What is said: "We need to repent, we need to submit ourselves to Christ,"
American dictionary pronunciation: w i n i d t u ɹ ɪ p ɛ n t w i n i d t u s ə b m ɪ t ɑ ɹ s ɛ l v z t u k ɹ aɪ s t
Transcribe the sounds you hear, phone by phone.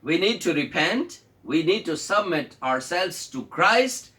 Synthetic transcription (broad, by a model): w i n i d t u ɹ ɪ p ɛ n t w i n i d t u s ə b m ɪ t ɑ ɹ s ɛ l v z t u k ɹ aɪ s t